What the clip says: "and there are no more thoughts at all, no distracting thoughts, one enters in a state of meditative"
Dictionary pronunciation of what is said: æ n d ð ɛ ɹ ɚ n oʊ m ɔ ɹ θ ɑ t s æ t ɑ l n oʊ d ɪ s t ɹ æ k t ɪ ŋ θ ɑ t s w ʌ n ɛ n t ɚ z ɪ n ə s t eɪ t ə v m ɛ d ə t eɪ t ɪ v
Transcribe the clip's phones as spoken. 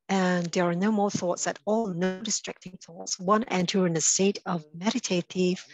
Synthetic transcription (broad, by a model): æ n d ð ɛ ɹ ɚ n oʊ m ɔ ɹ θ ɑ t s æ t ɑ l n oʊ d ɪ s t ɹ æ k t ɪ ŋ θ ɑ t s w ʌ n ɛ n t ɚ ɪ n ə s t eɪ t ə v m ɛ d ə t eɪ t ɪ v